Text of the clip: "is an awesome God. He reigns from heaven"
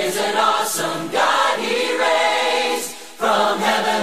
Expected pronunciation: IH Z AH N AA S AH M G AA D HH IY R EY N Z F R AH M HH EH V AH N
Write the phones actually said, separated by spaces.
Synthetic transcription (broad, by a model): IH Z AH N AA S AH M G AA D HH IY R EY Z F R AH M HH EH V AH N